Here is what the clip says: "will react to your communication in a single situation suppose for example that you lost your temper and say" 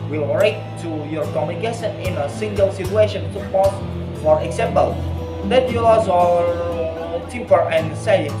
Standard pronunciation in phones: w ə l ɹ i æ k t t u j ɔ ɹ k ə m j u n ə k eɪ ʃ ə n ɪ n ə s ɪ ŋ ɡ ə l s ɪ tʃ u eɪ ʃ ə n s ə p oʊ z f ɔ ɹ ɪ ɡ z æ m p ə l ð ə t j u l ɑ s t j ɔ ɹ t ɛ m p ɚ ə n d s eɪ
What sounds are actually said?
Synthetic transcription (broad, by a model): w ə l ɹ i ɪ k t t u j ɔ ɹ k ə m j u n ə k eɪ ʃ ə n ɪ n ə s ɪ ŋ ɡ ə l s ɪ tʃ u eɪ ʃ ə n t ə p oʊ s f ɔ ɹ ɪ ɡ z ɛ m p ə l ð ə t j u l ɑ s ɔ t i p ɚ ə n s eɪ